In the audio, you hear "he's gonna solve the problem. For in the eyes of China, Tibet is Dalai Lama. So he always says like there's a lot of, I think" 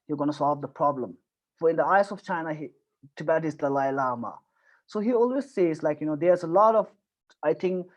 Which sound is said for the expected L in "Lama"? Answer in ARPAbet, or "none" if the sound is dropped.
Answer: L